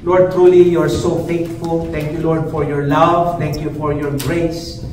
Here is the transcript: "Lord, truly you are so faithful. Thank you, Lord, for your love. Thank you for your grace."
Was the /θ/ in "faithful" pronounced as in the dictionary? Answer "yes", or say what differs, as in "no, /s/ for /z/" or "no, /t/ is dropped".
no, /t/ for /θ/